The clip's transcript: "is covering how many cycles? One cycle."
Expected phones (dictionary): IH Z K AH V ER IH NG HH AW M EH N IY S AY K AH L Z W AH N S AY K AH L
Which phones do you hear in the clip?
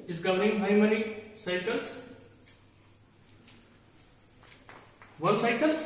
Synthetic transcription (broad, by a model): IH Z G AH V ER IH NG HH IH M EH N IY S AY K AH L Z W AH L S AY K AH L